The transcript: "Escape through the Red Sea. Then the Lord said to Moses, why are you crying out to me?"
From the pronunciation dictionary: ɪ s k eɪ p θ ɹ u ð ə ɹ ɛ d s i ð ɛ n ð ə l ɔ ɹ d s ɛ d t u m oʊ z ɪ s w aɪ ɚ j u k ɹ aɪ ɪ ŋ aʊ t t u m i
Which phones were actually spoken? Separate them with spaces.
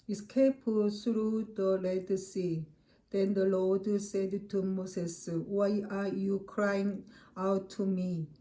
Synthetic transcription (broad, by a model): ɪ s k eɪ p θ ɹ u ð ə l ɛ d s i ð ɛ n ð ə l ɔ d s ɛ d t u m oʊ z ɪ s w aɪ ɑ j u k ɹ aɪ ɪ ŋ aʊ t t u m i